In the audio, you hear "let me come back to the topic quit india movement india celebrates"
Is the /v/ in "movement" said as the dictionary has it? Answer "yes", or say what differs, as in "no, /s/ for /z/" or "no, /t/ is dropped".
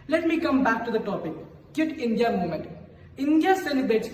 no, /v/ is dropped